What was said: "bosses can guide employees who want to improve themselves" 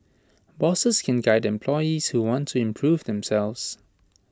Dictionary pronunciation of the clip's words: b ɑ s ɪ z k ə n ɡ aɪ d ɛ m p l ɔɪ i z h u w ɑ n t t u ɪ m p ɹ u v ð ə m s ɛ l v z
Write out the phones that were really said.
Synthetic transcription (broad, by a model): b ɑ s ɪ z k ə n ɡ aɪ d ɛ m p l ɔɪ i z h u w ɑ n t t u ɪ m p ɹ u v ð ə m s ɛ l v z